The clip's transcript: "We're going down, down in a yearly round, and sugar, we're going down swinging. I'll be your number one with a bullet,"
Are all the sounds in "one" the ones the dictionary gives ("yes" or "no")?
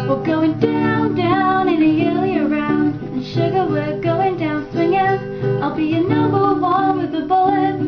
no